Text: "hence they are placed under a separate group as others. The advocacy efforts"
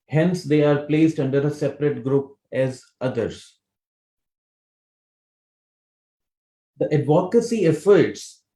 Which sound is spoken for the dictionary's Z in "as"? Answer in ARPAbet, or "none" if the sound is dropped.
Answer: Z